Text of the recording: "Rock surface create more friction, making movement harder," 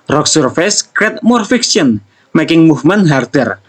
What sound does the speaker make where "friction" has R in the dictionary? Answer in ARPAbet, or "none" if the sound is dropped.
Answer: none